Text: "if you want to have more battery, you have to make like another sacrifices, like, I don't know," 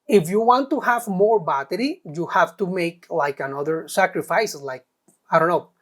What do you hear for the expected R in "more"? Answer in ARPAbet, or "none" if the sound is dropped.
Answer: R